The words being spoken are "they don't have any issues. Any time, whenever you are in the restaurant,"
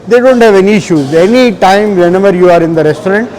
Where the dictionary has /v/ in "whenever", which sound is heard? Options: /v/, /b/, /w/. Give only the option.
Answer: /b/